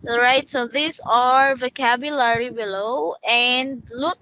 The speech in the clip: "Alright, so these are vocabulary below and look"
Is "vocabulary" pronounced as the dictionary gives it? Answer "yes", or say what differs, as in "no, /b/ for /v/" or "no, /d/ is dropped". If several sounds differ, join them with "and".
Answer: yes